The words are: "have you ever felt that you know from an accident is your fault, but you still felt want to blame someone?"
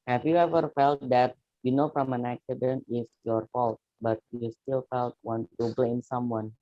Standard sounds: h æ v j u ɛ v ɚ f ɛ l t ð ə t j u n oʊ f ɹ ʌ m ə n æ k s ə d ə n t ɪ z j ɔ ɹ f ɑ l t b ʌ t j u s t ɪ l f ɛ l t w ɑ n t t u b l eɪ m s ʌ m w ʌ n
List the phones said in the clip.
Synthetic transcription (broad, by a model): h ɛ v j u ɛ v ɚ f ɛ l t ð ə t j u n oʊ f ɹ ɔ m ə n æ k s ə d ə n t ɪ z j ɔ ɹ f ɑ l t b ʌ t j u s t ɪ l f ɛ l t w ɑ n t t u b l eɪ m s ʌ m w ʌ n